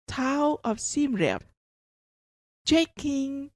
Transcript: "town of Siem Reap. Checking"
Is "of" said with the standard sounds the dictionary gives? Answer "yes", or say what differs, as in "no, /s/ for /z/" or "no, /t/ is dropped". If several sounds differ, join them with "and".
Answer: no, /f/ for /v/